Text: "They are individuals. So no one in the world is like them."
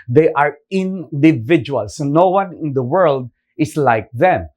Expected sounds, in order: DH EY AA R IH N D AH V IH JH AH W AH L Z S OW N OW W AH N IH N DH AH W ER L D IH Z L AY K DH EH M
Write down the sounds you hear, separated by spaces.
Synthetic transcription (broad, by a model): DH EY AA R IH N D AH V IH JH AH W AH L S OW N OW W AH N IH N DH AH W ER L D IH S L AY K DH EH M